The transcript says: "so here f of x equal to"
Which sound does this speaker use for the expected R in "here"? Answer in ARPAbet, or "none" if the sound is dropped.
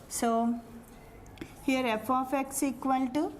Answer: R